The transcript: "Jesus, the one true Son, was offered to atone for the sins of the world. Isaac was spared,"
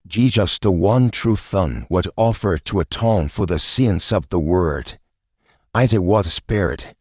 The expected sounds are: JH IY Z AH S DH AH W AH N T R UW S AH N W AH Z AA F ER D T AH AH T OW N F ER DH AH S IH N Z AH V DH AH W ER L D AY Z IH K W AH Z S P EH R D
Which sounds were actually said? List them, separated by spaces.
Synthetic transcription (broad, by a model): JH IY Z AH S DH AH W AH N T R UW TH AH N W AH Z AA F ER D T AH AH T OW N F ER DH AH S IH N S AH V DH AH W ER D AY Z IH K W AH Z S P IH R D